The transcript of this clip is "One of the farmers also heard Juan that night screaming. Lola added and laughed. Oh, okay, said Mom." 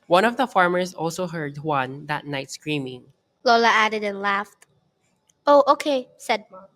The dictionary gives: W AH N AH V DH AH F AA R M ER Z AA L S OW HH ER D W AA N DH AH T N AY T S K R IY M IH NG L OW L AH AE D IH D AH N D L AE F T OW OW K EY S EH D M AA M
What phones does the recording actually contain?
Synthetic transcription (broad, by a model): W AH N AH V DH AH F AA R M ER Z AA L S OW HH ER D W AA N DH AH T N AY T S K R IY M IH NG L OW L AH AE D IH D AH N L AE F T OW OW K EY S EH D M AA